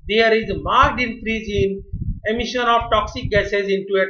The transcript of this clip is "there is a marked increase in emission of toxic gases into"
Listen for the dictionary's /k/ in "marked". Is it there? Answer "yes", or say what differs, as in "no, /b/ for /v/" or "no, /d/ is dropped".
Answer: no, /k/ is dropped